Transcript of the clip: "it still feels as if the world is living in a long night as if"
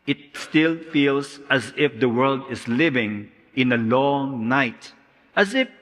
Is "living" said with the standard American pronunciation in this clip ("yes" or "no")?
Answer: yes